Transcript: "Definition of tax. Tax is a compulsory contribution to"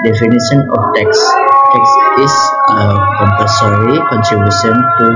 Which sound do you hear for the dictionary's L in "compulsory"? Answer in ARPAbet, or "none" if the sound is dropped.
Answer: none